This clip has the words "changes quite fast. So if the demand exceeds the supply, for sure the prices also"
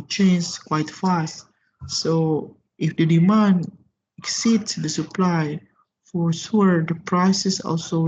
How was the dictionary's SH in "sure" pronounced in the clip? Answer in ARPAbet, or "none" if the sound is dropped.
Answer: S